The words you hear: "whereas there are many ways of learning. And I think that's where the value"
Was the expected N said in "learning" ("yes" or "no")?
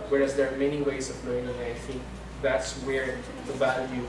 no